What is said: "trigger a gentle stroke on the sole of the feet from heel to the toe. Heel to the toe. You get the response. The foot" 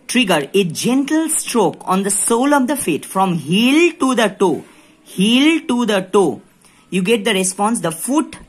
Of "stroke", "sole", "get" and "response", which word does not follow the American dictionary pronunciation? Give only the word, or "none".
none